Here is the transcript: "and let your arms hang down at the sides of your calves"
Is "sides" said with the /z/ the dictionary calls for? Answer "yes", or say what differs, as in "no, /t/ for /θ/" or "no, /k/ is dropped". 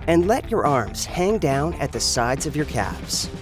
yes